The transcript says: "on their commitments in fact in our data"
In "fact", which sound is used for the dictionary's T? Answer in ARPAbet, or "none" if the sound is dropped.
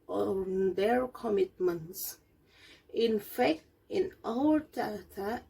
T